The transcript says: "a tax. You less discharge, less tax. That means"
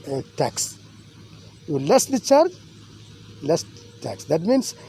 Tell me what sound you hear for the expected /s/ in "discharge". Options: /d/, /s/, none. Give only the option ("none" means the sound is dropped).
none